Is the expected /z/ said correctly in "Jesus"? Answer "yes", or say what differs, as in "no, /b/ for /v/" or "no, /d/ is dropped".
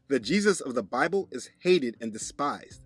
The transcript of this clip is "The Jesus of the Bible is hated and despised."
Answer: yes